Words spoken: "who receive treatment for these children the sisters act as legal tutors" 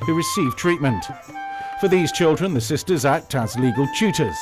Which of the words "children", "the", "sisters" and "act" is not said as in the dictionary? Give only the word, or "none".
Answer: none